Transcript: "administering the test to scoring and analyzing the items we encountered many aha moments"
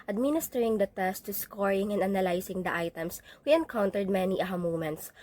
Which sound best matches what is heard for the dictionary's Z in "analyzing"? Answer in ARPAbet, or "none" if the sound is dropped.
S